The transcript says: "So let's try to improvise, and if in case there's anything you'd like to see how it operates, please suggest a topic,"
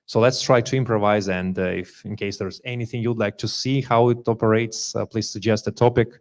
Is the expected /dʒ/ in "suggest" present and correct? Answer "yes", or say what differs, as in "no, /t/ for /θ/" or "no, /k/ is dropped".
yes